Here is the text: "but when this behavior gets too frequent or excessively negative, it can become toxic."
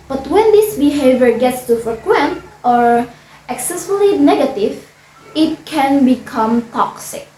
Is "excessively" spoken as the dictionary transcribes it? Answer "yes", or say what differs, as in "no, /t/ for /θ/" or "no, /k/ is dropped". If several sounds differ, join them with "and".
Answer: no, /v/ is dropped